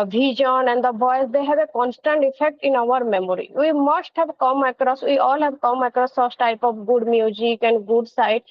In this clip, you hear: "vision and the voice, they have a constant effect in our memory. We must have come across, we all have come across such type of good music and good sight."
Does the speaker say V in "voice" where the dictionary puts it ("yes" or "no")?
no